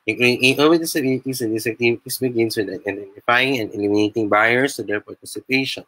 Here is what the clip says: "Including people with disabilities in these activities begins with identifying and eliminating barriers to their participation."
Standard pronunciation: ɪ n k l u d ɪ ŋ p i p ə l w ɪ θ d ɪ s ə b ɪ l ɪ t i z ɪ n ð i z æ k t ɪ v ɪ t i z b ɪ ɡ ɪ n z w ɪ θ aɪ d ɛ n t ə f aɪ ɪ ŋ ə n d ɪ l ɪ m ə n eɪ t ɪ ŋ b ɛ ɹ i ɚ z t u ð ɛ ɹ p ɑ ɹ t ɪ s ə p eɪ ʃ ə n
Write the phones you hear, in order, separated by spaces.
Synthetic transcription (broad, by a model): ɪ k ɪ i ə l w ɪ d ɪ s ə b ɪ l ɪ t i s ɪ n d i s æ k t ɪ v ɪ t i s b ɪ ɡ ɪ n s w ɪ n aɪ d ɛ n t ə f aɪ ɪ ŋ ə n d ɪ l ɪ m ə n eɪ t ɪ ŋ b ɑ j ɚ s t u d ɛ ɹ p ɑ ɹ t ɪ s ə p eɪ ʃ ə n